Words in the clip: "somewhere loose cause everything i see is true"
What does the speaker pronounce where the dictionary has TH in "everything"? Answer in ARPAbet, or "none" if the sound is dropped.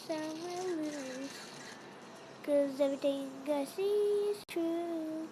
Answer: T